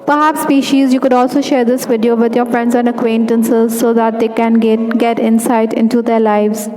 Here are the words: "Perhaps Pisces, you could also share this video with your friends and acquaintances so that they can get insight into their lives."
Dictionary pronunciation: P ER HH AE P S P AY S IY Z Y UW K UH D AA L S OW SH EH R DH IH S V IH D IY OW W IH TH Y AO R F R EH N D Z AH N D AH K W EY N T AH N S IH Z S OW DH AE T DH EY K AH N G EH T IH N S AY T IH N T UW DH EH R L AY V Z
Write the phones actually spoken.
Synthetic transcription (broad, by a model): P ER HH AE P S P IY SH IY Z Y UW K UH D AA L S OW SH EH R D IH S V IH D IY OW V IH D Y AO R F R EH N D Z AH N D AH K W EY N T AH N S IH Z S OW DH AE T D EY K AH N G EH T IH N S AY T IH N T UW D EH R L AY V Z